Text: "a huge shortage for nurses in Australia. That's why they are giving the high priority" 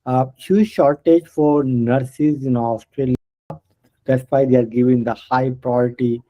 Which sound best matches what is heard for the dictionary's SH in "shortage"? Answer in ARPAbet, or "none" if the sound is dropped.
SH